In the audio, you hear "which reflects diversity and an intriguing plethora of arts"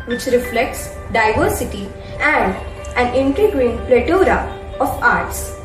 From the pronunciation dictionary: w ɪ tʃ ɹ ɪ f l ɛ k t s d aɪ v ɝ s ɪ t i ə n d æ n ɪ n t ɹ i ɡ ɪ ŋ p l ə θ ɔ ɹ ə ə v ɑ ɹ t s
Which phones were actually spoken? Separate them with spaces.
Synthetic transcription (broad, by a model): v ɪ tʃ ɹ ɪ f l ɛ k t s d aɪ v ɝ s ɪ t i ə n d æ n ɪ n t i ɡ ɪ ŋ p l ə t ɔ ɹ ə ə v ɑ ɹ t s